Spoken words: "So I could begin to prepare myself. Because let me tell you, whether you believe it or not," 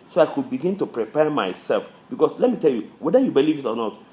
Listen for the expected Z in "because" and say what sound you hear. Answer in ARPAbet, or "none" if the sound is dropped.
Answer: S